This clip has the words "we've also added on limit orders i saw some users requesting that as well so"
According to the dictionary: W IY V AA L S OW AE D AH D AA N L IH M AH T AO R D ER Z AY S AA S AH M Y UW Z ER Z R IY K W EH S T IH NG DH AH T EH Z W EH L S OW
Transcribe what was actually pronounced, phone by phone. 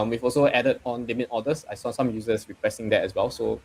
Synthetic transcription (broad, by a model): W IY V AA L S OW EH D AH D AA N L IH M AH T AO D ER S AY S AA S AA M Y UW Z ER S R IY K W EH S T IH NG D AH T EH S W EH L S OW